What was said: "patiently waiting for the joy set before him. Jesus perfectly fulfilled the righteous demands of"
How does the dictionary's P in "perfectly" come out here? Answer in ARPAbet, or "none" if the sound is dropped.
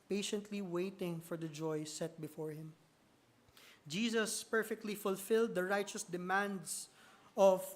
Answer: P